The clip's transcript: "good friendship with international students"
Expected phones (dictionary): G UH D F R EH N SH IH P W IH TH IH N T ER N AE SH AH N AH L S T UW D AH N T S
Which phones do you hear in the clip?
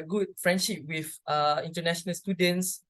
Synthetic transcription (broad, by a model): G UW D F R EH N SH IH P W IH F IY N T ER N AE SH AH N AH L S T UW D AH N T S